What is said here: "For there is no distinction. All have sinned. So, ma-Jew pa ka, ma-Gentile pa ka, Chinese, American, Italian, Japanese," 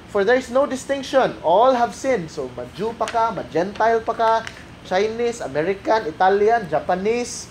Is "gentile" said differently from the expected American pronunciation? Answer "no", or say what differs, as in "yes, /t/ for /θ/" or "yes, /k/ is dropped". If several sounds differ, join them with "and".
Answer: no